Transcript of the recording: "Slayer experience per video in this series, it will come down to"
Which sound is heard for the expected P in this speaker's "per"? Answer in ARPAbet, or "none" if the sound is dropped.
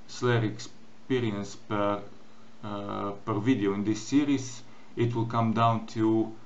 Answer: P